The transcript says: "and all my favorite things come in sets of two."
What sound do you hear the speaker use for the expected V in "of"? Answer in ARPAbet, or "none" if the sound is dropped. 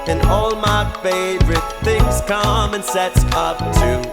P